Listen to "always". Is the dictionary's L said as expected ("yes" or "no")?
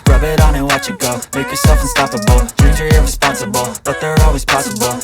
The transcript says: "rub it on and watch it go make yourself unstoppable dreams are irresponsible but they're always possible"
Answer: yes